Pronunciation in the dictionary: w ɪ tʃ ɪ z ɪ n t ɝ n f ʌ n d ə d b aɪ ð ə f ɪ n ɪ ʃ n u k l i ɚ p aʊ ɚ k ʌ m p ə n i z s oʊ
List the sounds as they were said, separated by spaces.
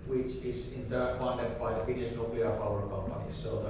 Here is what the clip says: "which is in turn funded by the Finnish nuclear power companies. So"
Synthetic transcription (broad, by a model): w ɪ tʃ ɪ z ɪ n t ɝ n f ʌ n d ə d b aɪ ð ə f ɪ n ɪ s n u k l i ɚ p aʊ ɚ k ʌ m p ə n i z s oʊ